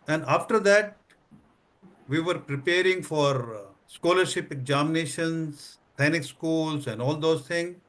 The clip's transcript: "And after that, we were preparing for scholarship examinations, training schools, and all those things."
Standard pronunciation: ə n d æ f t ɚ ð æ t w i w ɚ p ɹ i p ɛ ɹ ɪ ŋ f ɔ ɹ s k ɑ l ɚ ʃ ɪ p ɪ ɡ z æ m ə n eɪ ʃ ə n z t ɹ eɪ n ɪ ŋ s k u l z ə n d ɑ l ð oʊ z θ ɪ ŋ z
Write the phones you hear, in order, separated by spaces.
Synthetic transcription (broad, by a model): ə n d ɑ f t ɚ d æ t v i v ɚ p ɹ i p ɛ ɹ ɪ ŋ f ɔ ɹ s k ɑ l ɚ ʃ ɪ p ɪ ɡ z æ m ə n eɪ ʃ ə n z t eɪ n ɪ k s k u l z ə n d ɑ l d oʊ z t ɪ ŋ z